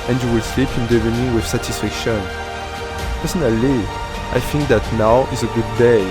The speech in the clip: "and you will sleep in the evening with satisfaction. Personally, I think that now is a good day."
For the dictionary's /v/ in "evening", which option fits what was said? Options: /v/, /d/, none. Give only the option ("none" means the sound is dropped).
none